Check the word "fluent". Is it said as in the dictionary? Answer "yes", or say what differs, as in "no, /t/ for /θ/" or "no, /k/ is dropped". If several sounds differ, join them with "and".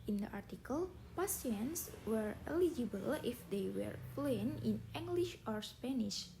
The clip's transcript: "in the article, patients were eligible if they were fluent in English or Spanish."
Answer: no, /t/ is dropped